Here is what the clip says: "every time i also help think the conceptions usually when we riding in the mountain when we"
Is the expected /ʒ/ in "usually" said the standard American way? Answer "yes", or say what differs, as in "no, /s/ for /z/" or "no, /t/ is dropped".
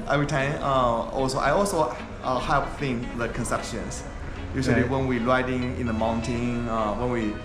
no, /s/ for /ʒ/